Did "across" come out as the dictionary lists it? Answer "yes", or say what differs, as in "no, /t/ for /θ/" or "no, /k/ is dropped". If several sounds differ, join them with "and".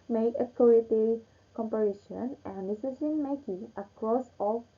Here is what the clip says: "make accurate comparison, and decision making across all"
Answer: yes